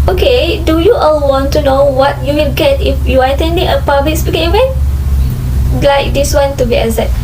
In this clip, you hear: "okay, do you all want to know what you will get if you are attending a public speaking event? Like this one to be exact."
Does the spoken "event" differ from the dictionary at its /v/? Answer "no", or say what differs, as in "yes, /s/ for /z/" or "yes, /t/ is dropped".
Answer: yes, /w/ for /v/